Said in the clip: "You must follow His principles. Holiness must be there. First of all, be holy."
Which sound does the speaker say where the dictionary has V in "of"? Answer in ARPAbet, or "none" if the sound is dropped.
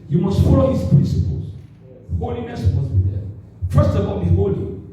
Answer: B